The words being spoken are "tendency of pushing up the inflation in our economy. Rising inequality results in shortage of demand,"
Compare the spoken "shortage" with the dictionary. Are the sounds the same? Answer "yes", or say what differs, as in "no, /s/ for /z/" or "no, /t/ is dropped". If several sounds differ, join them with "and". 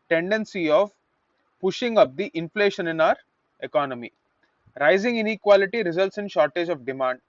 yes